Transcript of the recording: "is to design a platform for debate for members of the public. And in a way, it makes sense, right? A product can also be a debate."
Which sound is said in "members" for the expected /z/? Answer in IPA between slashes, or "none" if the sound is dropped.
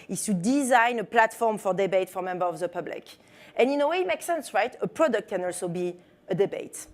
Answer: none